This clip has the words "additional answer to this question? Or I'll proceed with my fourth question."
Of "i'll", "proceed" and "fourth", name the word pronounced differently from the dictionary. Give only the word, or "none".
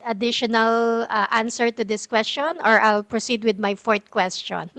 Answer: fourth